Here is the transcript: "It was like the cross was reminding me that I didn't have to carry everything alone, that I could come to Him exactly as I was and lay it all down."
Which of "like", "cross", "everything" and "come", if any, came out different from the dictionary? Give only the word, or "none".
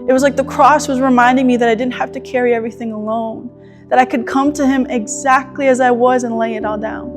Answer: none